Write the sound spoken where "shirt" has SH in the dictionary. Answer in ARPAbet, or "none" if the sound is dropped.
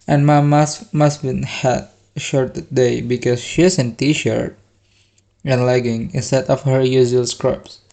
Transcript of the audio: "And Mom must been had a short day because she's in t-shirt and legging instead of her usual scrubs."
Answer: SH